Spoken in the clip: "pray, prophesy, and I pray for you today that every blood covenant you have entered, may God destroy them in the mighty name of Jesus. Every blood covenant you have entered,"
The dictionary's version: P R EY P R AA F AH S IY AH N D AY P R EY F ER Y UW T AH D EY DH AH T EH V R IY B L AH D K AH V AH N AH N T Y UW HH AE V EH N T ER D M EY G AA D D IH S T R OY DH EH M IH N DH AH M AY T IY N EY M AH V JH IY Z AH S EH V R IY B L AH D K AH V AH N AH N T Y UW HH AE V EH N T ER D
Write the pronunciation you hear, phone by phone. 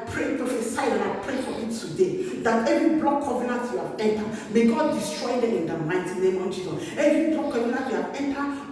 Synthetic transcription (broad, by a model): P R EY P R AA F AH S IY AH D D AY P R EY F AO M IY T AH D EY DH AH T EH V R IY B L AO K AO V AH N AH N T Y UW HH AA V EH N T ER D M EY G AA D D IH S T R OY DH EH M IH N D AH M AY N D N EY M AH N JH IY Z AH EH V R IY B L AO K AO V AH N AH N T Y UW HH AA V EH N T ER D